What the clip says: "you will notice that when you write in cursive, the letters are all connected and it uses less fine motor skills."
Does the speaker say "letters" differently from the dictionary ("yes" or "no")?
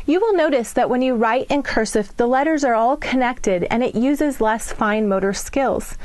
no